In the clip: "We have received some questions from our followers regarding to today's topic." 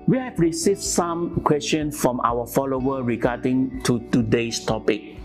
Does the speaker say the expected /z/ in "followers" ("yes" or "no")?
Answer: no